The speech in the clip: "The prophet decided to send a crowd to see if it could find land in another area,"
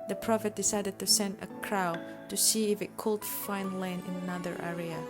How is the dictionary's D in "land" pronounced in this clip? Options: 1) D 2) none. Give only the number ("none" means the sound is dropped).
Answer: 2